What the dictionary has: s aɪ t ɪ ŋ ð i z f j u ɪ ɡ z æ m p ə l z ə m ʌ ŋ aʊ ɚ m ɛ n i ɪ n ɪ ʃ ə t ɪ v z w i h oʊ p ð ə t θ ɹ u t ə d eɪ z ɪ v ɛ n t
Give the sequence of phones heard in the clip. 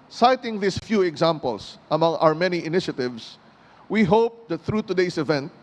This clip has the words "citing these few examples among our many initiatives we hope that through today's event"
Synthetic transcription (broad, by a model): s aɪ t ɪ ŋ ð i s f j u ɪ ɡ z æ m p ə l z ə m ʌ ŋ aʊ ɚ m ɛ n i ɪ n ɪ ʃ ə t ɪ v s w i h oʊ p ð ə t θ ɹ u t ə d eɪ s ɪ v ɛ n t